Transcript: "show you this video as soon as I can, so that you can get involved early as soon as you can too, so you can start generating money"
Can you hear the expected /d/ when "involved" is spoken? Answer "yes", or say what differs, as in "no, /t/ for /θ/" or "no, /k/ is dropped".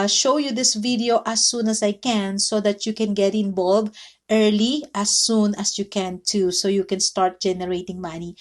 no, /d/ is dropped